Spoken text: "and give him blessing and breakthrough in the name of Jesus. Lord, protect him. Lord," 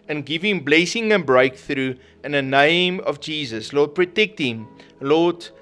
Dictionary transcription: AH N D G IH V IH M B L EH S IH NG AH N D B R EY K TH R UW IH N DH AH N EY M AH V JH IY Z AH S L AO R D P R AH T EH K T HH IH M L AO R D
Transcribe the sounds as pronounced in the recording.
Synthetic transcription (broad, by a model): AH N G IH V IH M B L EH S IH NG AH N B R EY K TH R UW IH N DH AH N EY M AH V JH IY Z AH S L AO D P R AH T EH K T HH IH M L AO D